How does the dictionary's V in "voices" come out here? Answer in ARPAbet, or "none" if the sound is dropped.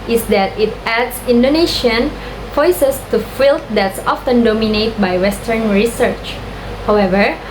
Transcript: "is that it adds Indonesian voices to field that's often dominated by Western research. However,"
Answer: F